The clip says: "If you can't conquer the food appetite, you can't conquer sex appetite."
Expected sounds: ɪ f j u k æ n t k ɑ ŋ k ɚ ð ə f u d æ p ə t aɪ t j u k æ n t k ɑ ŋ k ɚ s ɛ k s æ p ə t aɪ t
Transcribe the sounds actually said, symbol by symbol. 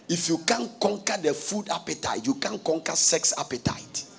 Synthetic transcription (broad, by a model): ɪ f j u k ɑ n k ɑ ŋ k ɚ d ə f u d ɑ p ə t aɪ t j u k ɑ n k ɑ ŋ k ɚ s ɛ k s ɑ p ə t aɪ t